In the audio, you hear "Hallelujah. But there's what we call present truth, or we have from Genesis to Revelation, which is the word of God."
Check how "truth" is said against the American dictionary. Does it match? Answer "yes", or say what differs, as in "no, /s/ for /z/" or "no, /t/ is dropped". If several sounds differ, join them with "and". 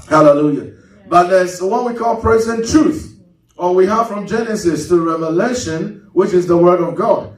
yes